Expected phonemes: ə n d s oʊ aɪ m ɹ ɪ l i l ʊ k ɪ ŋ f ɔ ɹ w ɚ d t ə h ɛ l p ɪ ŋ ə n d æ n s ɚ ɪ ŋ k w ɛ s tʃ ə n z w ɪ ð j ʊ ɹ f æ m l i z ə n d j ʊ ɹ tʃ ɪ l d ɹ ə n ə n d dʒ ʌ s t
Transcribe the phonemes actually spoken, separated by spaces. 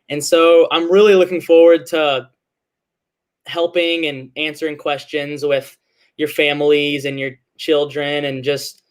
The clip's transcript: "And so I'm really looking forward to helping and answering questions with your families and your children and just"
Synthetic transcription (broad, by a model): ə n s oʊ aɪ m ɹ ɪ l i l ʊ k ɪ ŋ f ɔ ɹ w ɚ d t ə h ɛ l p ɪ ŋ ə n æ n s ɚ ɪ ŋ k w ɛ s tʃ ə n z w ɪ ð j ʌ ɹ f æ m l i z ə n j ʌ ɹ tʃ ɪ l d ɹ ə n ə n dʒ ʌ s t